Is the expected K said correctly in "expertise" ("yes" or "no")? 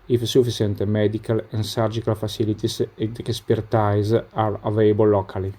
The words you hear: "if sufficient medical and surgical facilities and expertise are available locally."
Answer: no